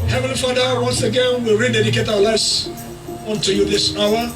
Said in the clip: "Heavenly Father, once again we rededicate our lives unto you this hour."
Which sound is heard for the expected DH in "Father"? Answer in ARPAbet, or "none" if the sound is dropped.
none